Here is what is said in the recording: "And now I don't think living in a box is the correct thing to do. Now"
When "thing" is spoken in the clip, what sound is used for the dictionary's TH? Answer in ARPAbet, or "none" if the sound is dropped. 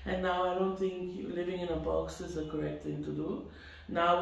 T